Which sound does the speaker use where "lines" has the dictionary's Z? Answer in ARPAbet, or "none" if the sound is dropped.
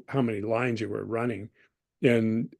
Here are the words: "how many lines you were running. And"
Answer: Z